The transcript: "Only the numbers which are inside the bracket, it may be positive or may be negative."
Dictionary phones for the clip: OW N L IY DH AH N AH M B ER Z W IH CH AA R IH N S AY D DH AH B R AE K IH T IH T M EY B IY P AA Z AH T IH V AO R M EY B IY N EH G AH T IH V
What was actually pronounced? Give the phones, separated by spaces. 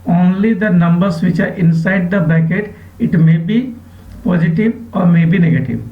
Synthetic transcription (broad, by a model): OW N L IY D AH N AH M B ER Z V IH CH AA R IH N S AY D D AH B AE K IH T IH T M EY B IY P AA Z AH T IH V AO R M EY B IY N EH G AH T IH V